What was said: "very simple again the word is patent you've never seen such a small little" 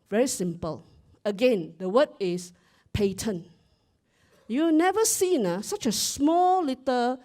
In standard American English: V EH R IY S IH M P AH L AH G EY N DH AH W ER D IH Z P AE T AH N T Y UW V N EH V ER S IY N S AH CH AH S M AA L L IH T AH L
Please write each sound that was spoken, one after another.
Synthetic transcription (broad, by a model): V EH R IY S IH M P AH L AH G EY N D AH W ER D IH S P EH T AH N Y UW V N EH V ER S IY N S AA CH AH S M AA L L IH T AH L